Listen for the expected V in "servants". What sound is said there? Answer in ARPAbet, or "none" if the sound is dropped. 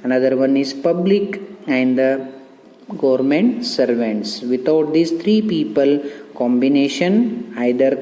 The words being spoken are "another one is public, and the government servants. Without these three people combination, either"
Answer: V